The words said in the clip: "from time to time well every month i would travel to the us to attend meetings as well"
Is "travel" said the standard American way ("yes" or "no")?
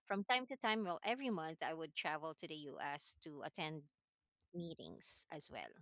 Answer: yes